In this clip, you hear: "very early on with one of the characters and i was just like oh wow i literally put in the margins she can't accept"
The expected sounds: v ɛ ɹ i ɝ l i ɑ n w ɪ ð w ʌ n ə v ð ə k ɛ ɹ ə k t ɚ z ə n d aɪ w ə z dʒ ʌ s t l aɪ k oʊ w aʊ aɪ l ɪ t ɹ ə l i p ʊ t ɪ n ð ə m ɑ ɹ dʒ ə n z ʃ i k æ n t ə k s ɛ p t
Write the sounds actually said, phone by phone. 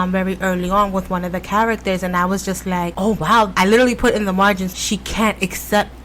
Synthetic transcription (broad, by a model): v ɛ ɹ i ɝ l i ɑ n w ɪ ð w ʌ n ə v ð ə k ɛ ɹ ə k t ɚ z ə n aɪ w ə z dʒ ʌ s t l aɪ k oʊ w aʊ aɪ l ɪ t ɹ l i p ʊ t ɪ n ð ə m ɑ ɹ dʒ ə n z ʃ i k æ n t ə k s ɛ p t